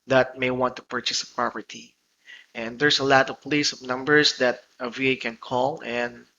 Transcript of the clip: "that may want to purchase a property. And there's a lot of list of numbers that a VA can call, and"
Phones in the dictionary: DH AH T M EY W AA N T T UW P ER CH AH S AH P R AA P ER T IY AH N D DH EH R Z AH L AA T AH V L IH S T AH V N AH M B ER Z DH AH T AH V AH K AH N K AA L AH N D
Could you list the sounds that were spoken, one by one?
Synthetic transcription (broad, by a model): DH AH T M EY W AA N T T UW P ER CH AH S AH P R AA P ER T IY AH N D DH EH R S AH L AA T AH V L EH S AH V N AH M B ER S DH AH T AH V AH K AH N K AA L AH N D